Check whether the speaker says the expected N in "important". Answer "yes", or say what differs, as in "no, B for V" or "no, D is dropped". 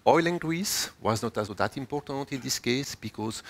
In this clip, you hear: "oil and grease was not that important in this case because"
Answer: yes